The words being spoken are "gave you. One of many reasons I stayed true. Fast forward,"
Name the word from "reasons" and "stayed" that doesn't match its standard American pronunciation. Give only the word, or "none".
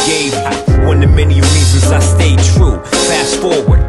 reasons